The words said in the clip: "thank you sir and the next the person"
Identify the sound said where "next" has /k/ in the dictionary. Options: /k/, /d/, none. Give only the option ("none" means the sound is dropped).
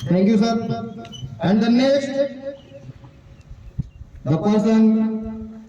none